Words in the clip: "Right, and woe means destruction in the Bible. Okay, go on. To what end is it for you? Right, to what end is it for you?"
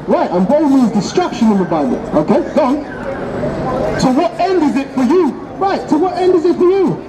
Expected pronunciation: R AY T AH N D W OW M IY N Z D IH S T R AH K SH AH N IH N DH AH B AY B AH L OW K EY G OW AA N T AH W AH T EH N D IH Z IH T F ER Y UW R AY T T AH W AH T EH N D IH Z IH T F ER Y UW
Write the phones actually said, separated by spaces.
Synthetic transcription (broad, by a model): R AY T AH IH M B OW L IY Z D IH S T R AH K SH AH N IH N DH AH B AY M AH N OW K EY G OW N S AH W AH T EH N D IH Z IH T F ER Y UW R AY T S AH W AH T EH N D IH Z IH T F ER Y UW